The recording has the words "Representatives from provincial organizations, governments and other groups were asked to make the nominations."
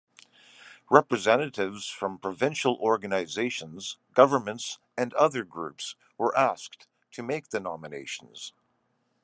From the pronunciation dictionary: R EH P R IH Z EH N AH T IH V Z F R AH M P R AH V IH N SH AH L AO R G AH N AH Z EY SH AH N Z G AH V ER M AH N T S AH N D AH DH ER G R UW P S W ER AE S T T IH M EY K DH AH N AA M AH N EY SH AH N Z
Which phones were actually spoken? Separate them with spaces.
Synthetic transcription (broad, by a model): R EH P R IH Z EH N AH T IH V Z F R AH M P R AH V IH N SH L AO R G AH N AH Z EY SH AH N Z G AH V ER M AH N T S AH N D AH DH ER G R UW P S W ER AE S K T IH M EY K DH AH N AA M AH N EY SH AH N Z